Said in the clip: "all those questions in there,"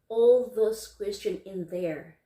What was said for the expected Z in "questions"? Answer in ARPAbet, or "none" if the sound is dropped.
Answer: none